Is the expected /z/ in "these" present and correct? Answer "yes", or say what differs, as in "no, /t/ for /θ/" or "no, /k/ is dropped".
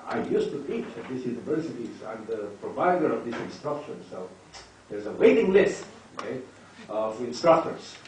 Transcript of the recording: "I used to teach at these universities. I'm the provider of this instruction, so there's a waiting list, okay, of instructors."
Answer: no, /s/ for /z/